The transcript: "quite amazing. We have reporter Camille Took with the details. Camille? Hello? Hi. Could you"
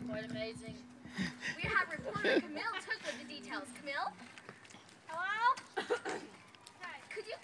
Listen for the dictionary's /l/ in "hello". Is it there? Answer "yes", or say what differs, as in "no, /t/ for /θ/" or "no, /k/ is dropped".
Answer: no, /l/ is dropped